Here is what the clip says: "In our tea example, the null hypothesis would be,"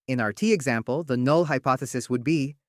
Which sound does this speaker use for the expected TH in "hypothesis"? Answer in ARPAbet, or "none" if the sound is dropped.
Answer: TH